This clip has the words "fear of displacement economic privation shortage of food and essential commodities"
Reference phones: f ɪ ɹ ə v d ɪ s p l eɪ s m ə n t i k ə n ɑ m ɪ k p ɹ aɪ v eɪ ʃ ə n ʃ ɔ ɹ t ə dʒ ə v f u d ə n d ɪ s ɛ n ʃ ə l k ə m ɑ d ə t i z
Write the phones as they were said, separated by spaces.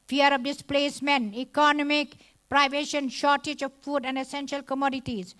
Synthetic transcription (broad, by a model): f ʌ ɹ ə v d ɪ s p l eɪ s m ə n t i k ə n ɑ m ɪ k p ɹ aɪ v eɪ ʃ ə n ʃ ɔ ɹ t ə dʒ ə v f u d ə n d ɪ s ɛ n ʃ ə l k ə m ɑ d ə t i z